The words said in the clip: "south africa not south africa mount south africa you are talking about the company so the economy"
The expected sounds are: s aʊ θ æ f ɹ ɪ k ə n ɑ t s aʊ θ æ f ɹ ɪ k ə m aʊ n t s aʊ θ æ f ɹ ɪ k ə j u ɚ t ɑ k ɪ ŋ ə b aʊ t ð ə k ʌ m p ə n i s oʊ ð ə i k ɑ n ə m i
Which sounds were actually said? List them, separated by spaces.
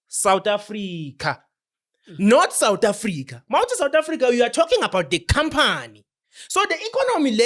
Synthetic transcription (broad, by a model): s aʊ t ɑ f ɹ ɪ k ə n ɑ t s aʊ t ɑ f ɹ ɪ k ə m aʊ t s aʊ t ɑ f ɹ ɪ k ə j u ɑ t ɑ k ɪ ŋ ə b aʊ t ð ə k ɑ m p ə n i s oʊ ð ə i k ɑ n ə m i